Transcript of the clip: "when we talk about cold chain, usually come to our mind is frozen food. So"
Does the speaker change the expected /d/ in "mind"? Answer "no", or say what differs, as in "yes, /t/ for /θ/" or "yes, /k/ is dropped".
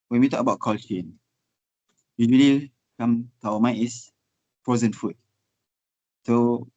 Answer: yes, /d/ is dropped